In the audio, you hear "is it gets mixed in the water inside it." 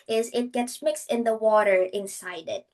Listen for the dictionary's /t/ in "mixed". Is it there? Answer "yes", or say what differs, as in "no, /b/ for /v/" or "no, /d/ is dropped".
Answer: yes